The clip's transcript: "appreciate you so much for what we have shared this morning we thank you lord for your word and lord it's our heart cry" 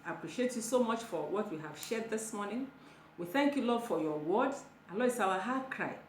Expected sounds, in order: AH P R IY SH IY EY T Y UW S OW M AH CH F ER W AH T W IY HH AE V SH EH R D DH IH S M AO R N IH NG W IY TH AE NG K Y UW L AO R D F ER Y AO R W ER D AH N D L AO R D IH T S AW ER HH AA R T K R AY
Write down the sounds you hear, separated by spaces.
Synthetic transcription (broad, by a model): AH P R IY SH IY EY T Y UW S OW M AH CH F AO W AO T W IY HH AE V SH EH D DH IH S M AO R N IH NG W IY TH AE NG K Y UW L AO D F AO Y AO W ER D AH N L AO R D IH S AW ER HH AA K R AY